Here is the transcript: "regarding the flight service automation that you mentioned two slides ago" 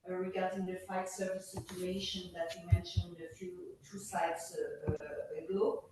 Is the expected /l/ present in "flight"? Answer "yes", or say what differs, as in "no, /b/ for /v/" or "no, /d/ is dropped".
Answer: no, /l/ is dropped